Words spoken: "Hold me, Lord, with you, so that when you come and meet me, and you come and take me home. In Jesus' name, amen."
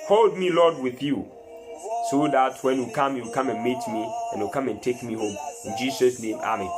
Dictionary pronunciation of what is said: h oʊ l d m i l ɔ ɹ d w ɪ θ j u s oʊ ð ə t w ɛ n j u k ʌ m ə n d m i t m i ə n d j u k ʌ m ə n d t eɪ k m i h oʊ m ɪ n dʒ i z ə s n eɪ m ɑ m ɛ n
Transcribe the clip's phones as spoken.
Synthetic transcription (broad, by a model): h oʊ l d m i l ɔ d w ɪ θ j u s oʊ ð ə t w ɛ n j u k ʌ m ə n m i t m i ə n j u k ʌ m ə n t eɪ k m i h oʊ m ɪ n dʒ i s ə s n eɪ m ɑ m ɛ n